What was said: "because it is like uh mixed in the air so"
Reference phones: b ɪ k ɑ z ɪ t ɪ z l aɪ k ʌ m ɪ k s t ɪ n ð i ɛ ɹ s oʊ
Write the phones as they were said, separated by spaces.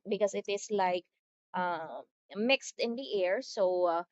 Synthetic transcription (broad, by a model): b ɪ k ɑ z ɪ t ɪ s l aɪ k ʌ m ɪ k s t ɪ n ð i ɛ ɹ s oʊ